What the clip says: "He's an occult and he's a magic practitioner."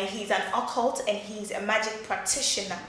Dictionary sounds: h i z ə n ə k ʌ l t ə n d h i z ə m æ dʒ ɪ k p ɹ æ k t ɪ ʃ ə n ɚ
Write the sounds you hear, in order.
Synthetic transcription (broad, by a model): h i z ə n ə k ʌ l t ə n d h i z ə m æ dʒ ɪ k p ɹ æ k t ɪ ʃ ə n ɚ